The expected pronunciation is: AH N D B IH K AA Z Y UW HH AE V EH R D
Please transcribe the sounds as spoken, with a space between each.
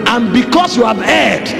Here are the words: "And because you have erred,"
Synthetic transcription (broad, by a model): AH N B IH K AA S Y UW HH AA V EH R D